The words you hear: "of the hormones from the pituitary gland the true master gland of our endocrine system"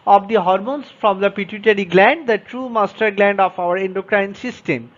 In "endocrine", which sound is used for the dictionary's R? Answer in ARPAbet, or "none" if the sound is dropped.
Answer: R